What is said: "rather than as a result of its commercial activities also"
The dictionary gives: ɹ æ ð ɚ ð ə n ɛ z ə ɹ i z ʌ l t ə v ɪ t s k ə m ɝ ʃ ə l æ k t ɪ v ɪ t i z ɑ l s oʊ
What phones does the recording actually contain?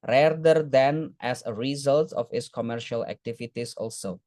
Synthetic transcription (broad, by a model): ɹ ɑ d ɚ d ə n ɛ s ə ɹ i z ʌ l t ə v ɪ t s k ə m ɝ ʃ ə l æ k t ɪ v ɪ t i s ɑ l s oʊ